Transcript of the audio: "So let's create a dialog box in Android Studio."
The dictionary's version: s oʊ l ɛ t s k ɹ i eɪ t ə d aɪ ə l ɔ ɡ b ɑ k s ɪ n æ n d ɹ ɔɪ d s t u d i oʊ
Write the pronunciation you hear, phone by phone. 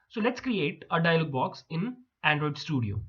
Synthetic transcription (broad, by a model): s oʊ l ɛ t s k ɹ i eɪ t ə d aɪ ə l ɔ ɡ b ɑ k s ɪ n æ n d ɹ ɔɪ d s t u d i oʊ